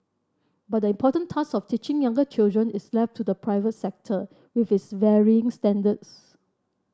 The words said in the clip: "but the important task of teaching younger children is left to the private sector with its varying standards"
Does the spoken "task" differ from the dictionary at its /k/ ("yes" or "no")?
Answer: yes